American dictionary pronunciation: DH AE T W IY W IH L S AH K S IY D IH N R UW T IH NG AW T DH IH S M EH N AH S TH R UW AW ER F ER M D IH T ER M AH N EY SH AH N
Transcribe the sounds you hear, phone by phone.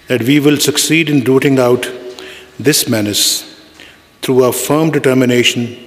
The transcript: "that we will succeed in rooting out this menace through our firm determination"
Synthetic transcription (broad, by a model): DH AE T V IY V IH L S AH K S IY D IH N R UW T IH NG AW T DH IH S M EH N AH S T R UW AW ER F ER M D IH T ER M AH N EY SH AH N